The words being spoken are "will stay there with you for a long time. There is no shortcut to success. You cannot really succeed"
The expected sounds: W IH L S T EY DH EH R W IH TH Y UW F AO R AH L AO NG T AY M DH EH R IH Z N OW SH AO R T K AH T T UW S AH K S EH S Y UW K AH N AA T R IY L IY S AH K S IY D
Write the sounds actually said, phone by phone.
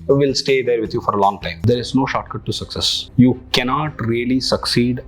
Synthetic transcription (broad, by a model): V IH L S T EY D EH R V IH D Y UW F AO R AH L AO NG T AY M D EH R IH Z N OW SH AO T K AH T T UW S AH K S EH S Y UW K AH N AA T R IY L IY S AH K S IY D